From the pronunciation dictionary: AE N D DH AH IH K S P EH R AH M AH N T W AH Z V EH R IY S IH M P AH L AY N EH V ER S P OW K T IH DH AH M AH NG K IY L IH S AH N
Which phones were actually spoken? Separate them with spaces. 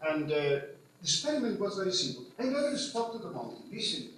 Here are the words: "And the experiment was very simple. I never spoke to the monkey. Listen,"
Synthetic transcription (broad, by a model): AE N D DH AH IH S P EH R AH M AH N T W AH Z V EH R IY S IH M P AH L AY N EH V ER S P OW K T IH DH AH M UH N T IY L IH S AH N